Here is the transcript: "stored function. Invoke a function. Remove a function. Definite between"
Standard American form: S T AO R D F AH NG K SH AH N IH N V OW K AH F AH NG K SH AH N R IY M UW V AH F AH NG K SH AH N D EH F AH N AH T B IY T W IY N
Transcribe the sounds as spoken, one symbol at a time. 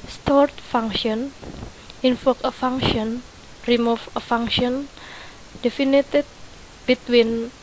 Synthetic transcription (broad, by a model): S T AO R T F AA NG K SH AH N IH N F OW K AH F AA NG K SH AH N R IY M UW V AH F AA NG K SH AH N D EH F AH N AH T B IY T W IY N